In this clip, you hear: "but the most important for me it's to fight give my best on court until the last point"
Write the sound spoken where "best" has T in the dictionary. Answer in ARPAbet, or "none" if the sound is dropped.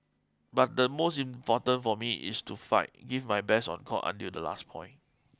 none